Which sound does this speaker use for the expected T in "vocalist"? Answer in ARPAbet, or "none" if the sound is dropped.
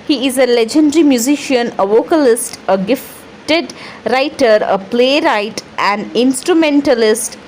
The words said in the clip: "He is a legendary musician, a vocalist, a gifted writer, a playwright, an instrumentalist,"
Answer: T